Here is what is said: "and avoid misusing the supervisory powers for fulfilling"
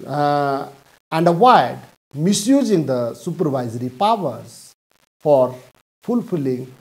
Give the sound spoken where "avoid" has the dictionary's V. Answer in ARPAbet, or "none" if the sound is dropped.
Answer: W